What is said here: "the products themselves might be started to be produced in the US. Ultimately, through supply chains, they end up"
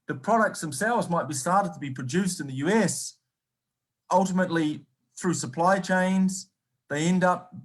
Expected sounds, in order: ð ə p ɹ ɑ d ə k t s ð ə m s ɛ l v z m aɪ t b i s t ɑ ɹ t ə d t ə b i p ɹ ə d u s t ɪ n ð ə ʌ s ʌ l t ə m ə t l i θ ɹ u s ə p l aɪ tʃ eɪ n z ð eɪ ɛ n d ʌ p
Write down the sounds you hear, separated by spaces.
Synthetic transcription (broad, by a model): ð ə p ɹ ɑ d ə k t s ð ə m s ɛ l v z m aɪ t b i s t ɑ ɹ t ə d t ə b i p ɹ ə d u s t ɪ n ð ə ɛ s ʌ l t ə m ə t l i θ ɹ u s ə p l aɪ tʃ eɪ n z ð eɪ ɛ n d ʌ p